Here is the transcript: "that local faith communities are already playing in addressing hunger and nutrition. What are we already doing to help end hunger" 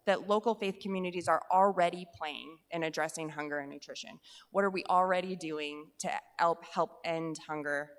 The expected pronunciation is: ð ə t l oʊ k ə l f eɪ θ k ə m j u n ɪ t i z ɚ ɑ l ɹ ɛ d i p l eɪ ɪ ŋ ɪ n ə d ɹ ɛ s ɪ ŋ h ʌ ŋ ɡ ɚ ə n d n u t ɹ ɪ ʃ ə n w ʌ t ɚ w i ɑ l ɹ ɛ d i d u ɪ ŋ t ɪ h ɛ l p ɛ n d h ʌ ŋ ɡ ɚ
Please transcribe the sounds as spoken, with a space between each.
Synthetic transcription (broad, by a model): ð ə t l oʊ k l f eɪ θ k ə m j u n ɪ t i z ɚ l ɹ ɛ d i p l eɪ ɪ ŋ ɪ n ə d ɹ ɛ s ɪ ŋ h ʌ ŋ ɡ ɚ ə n n u t ɹ ɪ ʃ ə n w ʌ t ɚ w i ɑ l ɹ ɛ d i d u ɪ ŋ t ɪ h ɛ l p ɛ n d h ʌ ŋ ɡ ɚ